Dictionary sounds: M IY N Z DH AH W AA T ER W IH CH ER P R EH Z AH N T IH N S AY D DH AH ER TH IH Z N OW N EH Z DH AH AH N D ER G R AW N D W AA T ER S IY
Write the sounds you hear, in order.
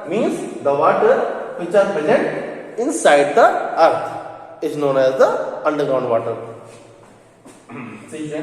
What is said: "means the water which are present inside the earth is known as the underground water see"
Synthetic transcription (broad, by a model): M IY N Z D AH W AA T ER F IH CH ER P EH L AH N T IH N S AY D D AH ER T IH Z N OW N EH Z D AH AH N D ER G R AW N D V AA T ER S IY